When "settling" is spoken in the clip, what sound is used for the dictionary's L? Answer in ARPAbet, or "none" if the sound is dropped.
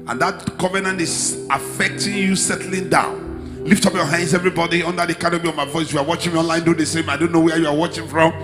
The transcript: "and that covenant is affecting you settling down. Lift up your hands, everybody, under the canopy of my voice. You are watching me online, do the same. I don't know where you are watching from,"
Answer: L